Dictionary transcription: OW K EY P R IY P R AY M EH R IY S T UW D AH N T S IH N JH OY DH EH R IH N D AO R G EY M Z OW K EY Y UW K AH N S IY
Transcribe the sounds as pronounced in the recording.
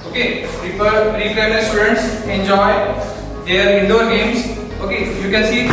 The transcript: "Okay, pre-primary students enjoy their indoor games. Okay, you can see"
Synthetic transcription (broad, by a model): OW K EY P AH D R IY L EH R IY S T UW D AH N T S IH N JH OY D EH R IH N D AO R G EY M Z OW K EY Y UW K AH N S IY